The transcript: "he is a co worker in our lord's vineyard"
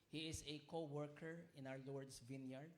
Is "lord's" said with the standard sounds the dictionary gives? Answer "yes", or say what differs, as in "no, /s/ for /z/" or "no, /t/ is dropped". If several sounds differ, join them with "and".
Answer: no, /s/ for /z/